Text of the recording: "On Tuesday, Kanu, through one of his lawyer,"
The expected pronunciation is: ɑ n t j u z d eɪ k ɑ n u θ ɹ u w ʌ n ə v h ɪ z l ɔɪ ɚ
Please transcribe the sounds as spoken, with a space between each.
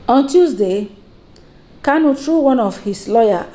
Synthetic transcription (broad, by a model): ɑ n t j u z d eɪ k ɑ n u t ɹ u w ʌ n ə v h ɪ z l ɔɪ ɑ